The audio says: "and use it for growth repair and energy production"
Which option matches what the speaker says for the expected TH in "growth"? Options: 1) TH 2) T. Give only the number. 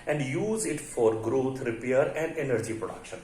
2